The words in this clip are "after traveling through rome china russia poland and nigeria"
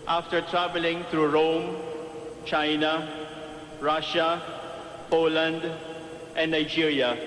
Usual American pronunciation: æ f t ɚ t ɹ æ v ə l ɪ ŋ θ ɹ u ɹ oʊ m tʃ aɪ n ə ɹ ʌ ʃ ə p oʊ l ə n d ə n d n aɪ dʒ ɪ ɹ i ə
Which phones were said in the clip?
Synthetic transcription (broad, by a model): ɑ f t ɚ t ɹ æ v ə l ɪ ŋ t ɹ u ɹ oʊ m tʃ aɪ n ə ɹ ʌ ʃ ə p oʊ l ə n d ə n d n aɪ dʒ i ɹ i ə